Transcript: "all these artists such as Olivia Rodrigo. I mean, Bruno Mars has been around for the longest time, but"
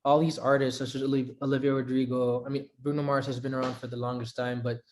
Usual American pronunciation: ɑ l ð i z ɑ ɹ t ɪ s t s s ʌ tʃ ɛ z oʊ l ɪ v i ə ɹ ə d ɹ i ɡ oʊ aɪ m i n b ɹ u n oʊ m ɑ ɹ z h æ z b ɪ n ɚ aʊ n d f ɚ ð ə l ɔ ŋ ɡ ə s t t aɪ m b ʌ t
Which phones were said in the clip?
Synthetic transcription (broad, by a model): ɑ l ð i z ɑ ɹ t ɪ s t s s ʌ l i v oʊ l ɪ v i ə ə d ɹ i ɡ oʊ aɪ m i n b ɹ u n oʊ m ɑ ɹ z h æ z b ɪ n ɚ aʊ n d f ɚ ð ə l ɔ ŋ ɡ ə s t t aɪ m b ʌ t